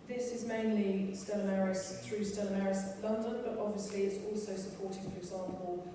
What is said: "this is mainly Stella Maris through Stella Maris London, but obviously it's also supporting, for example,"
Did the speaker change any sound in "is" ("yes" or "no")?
no